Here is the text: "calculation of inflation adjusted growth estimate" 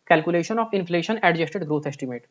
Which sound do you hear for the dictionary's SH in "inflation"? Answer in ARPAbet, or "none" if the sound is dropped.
SH